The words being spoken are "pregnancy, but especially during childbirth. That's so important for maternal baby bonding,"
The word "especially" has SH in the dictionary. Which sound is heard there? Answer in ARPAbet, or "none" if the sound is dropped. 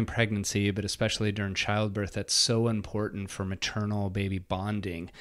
SH